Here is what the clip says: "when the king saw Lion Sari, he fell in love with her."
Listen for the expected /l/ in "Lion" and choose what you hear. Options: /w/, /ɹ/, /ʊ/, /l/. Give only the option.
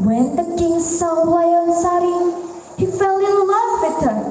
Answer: /w/